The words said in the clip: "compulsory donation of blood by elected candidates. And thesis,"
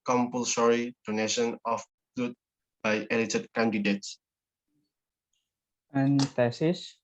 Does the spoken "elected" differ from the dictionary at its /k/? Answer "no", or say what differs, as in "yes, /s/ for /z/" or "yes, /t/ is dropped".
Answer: yes, /k/ is dropped